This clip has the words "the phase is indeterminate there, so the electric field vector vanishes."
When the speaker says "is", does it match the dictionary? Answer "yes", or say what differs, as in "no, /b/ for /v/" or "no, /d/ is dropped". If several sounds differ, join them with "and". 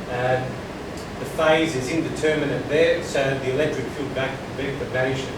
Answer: yes